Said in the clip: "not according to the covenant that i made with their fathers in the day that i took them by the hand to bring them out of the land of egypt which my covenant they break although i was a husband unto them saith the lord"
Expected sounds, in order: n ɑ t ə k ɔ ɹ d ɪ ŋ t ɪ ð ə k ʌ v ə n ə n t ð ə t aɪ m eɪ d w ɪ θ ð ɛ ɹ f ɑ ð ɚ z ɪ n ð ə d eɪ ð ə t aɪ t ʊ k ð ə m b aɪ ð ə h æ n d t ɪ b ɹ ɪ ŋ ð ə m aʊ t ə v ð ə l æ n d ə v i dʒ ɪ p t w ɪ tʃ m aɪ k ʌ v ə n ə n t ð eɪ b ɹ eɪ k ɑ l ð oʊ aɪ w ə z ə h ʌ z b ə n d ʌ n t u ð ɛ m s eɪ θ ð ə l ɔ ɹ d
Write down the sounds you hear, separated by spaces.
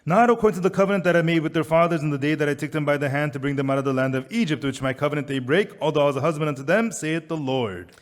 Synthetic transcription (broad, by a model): n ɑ t ə k ɔ ɹ d ɪ ŋ t ɪ ð ə k ʌ v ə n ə n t ð ə t aɪ m eɪ d w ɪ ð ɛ ɹ f ɑ ð ɚ z ɪ n ð ə d eɪ ð ə t aɪ t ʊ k ð ə m b aɪ ð ə h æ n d t ɪ b ɹ ɪ ŋ ð ə m aʊ t ə v ð ə l æ n d ə v i dʒ ɪ p t w ɪ tʃ m aɪ k ʌ v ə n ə n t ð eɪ b ɹ eɪ k ɑ l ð oʊ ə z ə h ʌ z b ə n d ʌ n t u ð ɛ m s eɪ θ ð ə l ɔ ɹ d